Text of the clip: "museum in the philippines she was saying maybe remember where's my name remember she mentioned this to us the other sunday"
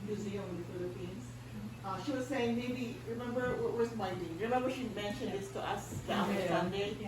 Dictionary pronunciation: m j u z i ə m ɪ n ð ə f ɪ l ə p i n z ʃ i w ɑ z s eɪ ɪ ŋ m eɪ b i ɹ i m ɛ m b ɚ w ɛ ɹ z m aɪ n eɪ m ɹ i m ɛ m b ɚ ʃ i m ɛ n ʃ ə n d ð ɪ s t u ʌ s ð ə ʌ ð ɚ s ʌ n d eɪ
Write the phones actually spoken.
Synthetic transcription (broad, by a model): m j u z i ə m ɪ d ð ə f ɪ l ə p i n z ʃ i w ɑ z s eɪ ɪ ŋ m eɪ b i ɹ i m ɛ m b ɚ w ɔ w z m aɪ n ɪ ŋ ɹ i m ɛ m b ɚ ʃ i m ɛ n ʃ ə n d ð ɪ s t u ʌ s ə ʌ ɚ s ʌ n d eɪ